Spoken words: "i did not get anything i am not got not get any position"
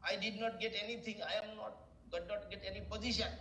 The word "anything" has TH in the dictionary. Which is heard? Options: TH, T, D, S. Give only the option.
T